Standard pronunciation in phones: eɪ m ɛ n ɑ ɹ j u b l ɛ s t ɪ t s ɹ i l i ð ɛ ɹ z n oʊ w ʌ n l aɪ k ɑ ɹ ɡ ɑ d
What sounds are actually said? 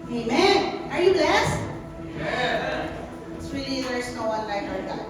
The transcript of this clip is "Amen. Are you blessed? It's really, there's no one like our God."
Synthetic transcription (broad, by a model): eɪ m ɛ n ɑ ɹ j u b l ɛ s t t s w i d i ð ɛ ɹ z n oʊ w ʌ n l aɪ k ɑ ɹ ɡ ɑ